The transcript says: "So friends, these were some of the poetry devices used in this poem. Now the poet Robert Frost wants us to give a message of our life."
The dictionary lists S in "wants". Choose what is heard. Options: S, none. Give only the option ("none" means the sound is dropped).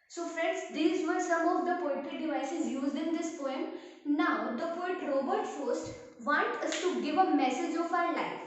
none